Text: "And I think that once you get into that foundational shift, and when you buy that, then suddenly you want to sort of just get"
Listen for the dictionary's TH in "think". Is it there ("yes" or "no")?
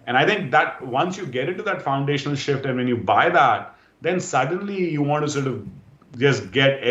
no